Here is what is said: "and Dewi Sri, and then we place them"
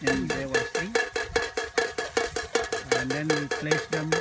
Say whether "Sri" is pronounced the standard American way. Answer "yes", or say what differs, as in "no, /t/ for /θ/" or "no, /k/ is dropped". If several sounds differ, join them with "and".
no, /ɹ/ is dropped